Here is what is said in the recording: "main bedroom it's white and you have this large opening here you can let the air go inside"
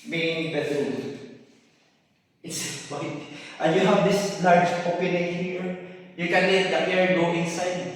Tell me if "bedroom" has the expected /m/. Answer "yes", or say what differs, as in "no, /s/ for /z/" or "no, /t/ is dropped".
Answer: no, /m/ is dropped